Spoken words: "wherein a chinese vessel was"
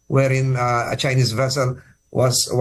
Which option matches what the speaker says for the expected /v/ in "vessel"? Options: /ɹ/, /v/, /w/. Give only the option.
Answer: /v/